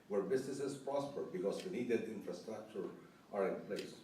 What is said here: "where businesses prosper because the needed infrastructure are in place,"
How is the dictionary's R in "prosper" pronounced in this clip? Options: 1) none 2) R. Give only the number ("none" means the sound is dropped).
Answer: 2